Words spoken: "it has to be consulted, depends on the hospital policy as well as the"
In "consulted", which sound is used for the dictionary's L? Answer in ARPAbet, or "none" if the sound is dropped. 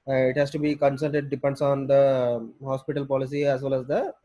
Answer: none